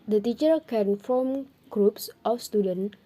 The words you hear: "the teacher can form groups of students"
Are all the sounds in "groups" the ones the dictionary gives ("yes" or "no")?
yes